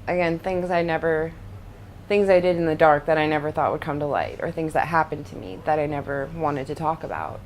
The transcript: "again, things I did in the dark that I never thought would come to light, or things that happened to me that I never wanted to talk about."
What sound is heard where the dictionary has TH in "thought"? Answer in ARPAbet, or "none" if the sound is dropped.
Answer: TH